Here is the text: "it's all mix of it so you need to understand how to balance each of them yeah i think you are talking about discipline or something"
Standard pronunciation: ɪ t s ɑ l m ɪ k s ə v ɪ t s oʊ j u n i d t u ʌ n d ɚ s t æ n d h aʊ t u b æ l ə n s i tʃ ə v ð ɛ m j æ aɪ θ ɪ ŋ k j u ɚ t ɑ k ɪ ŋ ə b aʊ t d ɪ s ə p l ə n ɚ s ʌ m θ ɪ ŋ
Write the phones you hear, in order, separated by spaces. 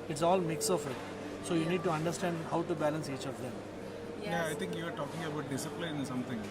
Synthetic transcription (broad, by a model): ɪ t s ɑ l m ɪ k s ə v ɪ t s oʊ j u n i d t u ʌ n d ɚ s t æ n d h aʊ t u b æ l ə n s i tʃ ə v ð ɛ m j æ aɪ t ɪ ŋ k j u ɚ t ɑ k ɪ ŋ ə b aʊ t d ɪ s ə p l ə n s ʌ m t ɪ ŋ